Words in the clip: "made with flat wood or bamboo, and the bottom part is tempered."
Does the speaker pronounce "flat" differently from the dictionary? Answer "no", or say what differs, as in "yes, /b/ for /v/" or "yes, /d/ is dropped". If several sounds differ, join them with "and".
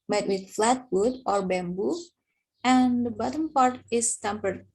no